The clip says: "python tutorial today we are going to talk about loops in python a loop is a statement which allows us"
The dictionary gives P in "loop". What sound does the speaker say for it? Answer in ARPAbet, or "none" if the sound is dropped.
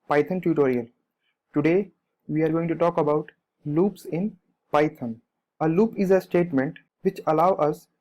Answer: P